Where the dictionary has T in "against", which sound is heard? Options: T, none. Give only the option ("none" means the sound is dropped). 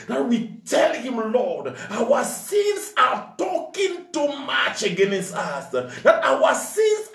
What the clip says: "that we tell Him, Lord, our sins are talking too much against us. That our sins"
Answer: T